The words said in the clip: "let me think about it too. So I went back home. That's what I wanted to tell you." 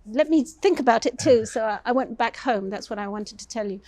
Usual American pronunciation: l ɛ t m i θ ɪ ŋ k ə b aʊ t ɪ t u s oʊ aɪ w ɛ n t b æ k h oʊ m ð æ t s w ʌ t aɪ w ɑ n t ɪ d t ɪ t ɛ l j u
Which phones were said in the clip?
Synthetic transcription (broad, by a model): l ɛ t m i θ ɪ ŋ k ə b aʊ t ɪ t u s oʊ aɪ w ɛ n b æ k h oʊ m ð æ t s w ʌ t aɪ w ɑ n t ɪ d t ɪ t ɛ l j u